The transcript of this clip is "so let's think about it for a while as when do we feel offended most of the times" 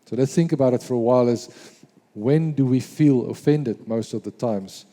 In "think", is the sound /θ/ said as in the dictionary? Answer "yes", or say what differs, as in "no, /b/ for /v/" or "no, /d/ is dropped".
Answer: yes